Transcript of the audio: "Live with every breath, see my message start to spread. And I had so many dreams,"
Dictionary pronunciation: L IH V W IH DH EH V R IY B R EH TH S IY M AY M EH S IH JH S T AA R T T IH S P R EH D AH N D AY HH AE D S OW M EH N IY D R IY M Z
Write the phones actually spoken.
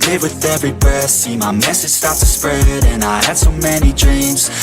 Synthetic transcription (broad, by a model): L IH W IH DH EH V R IY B AH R S IY M AY M EH S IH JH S T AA R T T IH S P R EH D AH N AY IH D S OW M EH N IY D R IY M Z